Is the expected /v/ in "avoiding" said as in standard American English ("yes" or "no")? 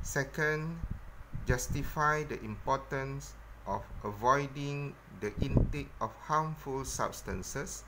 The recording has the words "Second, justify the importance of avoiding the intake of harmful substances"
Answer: yes